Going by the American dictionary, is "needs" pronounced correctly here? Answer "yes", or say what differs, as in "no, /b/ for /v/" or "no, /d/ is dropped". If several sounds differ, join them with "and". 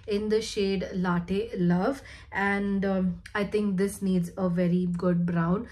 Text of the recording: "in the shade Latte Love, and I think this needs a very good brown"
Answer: yes